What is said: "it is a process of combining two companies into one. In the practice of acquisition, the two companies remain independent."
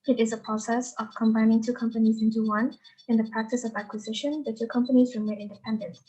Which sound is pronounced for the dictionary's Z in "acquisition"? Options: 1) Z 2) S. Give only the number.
1